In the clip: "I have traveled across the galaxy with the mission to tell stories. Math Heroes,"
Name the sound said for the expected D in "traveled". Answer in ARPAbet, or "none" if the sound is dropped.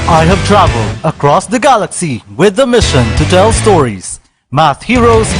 D